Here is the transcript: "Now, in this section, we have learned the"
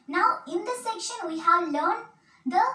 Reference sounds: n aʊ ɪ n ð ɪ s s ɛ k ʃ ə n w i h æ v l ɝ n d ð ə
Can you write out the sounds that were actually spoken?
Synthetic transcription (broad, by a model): n aʊ ɪ n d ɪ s s ɛ k ʃ ə n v i h æ v l ɝ n d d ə